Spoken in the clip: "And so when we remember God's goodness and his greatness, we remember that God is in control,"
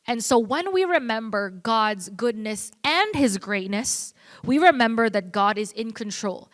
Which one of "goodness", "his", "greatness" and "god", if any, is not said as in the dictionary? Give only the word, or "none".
none